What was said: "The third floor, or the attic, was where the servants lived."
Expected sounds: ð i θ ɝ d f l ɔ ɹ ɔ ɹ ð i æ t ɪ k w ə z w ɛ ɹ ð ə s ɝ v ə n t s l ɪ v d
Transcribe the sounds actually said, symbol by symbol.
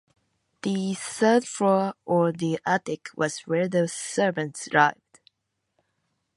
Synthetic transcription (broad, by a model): ð i s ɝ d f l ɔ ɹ ɔ ɹ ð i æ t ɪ k w ə z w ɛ ɹ ð ə s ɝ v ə n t s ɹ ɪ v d